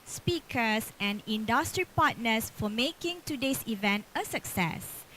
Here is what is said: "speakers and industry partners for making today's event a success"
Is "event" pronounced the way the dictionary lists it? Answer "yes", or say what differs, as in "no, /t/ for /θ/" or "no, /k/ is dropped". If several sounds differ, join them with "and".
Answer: yes